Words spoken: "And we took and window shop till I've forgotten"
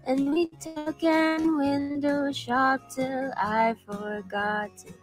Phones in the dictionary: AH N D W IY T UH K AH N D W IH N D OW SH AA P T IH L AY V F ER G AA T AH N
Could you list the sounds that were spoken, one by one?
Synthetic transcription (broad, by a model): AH N W IY T UH K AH N W IH N D OW SH AA P T IH L AY F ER G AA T